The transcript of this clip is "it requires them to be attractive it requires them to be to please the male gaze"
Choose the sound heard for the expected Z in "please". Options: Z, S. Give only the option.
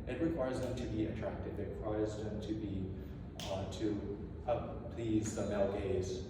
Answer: Z